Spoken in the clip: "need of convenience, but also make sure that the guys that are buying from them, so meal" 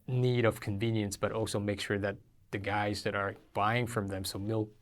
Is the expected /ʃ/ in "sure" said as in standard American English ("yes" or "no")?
yes